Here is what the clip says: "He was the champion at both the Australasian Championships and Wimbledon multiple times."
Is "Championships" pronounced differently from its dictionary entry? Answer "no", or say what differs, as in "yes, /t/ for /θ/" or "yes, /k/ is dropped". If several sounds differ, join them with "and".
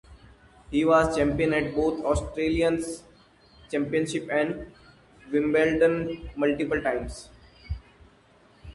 yes, /s/ is dropped